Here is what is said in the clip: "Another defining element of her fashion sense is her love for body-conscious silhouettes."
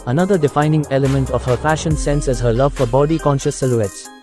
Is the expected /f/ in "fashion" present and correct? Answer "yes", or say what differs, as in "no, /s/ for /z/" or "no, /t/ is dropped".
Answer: no, /p/ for /f/